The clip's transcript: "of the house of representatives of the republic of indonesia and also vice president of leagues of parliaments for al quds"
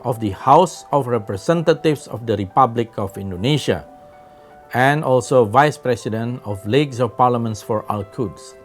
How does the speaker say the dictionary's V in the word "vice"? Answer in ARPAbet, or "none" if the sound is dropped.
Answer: V